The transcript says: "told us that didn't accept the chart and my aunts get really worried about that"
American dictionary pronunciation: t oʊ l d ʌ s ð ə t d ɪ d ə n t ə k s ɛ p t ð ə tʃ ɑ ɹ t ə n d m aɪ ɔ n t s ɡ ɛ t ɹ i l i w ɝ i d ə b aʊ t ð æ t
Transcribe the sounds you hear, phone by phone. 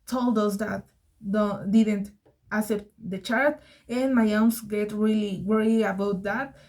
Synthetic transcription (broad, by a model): t oʊ l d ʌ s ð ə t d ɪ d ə n t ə s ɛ p t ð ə tʃ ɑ ɹ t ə n m aɪ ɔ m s ɡ ɛ t ɹ i l i w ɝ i ə b aʊ t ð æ t